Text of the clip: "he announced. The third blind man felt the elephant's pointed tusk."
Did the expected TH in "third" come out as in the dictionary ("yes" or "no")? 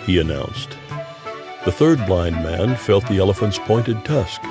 yes